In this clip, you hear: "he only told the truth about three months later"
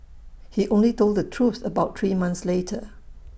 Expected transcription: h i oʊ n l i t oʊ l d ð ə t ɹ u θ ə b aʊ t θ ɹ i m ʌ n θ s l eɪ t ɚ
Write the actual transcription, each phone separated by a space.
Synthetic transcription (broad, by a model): h i oʊ n l i t oʊ l d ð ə t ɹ u s ə b aʊ t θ ɹ i m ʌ n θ s l eɪ t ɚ